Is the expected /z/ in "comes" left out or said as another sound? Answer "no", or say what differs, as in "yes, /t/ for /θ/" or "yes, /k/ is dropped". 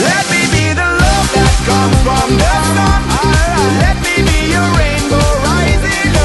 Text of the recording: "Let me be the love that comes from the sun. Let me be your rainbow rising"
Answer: yes, /z/ is dropped